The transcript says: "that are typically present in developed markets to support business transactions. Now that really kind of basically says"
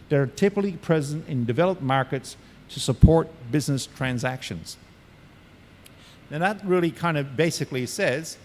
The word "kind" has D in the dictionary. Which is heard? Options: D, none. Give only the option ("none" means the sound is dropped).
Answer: D